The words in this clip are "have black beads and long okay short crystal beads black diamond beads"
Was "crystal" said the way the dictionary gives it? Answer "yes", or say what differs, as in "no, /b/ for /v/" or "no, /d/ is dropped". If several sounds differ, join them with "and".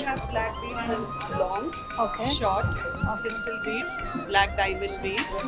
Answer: no, /ɹ/ is dropped